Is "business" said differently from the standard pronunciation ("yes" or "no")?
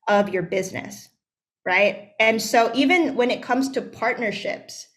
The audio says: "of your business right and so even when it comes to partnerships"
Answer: no